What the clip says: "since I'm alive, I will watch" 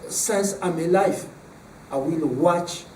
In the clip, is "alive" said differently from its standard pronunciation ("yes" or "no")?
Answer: yes